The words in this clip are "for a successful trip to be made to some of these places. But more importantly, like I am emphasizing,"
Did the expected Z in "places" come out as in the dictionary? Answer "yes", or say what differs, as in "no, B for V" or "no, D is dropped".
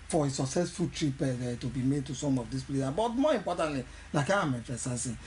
no, Z is dropped